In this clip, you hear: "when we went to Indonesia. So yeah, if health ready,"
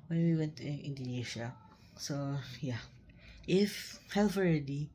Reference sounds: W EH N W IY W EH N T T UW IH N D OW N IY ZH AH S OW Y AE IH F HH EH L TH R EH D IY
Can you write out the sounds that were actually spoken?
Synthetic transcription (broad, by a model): W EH N W IY W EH N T T UW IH N D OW N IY SH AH S OW Y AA IH F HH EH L F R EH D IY